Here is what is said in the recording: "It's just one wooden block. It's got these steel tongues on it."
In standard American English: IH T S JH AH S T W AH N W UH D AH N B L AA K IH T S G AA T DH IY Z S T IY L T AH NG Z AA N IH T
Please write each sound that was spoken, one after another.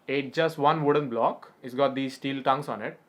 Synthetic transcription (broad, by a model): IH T JH AH S T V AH N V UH D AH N B L AA K IH T S G AA T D IY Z S T IY L T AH NG S AA N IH T